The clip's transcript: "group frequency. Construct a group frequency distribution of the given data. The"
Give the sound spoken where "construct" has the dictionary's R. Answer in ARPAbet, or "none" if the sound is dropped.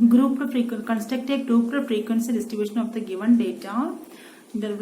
none